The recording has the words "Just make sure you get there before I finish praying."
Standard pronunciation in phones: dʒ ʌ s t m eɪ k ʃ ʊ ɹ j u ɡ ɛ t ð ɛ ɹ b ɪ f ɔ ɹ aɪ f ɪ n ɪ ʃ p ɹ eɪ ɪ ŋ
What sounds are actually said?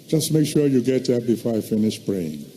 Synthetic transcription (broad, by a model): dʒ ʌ s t m eɪ k ʃ ʊ ɹ j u ɡ ɛ t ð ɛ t b ɪ f ɔ ɹ aɪ f ɪ n ɪ ʃ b ɹ eɪ ɪ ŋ